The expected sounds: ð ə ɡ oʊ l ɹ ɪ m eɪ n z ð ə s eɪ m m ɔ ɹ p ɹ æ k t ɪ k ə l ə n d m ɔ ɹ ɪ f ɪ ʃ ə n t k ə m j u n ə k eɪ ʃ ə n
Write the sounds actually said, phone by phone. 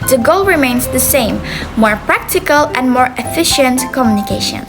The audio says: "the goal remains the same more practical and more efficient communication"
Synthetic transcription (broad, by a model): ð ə ɡ oʊ l ɹ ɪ m eɪ n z ð ə s eɪ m m ɔ ɹ p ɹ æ k t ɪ k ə l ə n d m ɔ ɹ ɪ f ɪ ʃ ə n t k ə m j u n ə k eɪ ʃ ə n